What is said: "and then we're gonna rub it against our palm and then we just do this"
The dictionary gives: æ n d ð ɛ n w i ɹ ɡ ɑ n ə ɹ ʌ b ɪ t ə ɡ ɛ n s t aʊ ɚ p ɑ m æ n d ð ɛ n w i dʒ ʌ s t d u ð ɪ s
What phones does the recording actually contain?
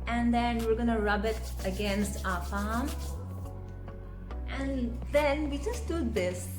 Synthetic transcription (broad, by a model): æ n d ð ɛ n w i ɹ ɡ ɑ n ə ɹ ʌ b ɪ t ə ɡ ɛ n s t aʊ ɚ f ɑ m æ n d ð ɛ n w i dʒ ʌ s t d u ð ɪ s